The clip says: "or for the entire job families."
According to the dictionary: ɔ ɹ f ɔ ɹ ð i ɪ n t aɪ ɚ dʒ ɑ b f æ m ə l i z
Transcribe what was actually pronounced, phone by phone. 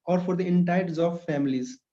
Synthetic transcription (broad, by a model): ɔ ɹ f ɔ ɹ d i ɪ n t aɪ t z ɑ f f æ m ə l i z